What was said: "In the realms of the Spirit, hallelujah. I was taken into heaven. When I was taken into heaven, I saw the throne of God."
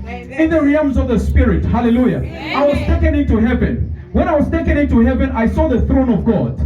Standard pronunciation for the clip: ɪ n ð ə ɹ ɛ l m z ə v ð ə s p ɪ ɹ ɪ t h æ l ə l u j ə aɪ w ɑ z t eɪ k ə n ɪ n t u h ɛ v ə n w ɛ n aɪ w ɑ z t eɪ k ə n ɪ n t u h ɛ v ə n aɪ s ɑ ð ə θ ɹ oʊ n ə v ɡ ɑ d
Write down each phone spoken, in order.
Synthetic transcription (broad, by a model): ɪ n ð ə ɹ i m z ə v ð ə s p ɪ ɹ ɪ t h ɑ l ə l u j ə aɪ w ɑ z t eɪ k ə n ɪ n t u h ɛ v ə n w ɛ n aɪ w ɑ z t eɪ k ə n ɪ n t u h ɛ v ə n aɪ s ɑ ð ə θ ɹ oʊ n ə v ɡ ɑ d